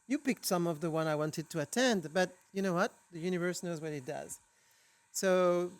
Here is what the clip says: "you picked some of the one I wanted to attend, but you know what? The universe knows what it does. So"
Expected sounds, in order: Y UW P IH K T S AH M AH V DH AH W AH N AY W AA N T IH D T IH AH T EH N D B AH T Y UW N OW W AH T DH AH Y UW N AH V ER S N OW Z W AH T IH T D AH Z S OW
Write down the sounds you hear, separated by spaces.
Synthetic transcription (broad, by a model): Y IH P IH K T S AH M AH V DH AH W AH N AY W AA N T IH D T IH AH T EH N D B AH T Y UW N OW W AH T DH AH Y UW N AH V ER S N OW Z W AH T IH T D AH Z S OW